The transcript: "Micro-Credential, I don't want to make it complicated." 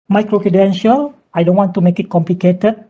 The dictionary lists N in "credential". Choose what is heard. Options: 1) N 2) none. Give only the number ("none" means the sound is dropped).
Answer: 1